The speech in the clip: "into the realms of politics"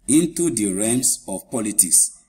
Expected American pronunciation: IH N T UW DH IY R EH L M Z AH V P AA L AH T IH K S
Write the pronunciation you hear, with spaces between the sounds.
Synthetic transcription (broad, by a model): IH N T UW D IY R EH M S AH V P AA L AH T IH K S